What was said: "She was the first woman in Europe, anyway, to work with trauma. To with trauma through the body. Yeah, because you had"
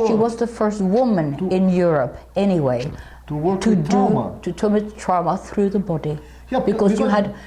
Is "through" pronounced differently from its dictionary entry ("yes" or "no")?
no